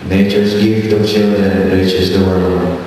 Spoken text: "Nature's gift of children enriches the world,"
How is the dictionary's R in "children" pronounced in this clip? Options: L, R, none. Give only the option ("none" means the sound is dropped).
none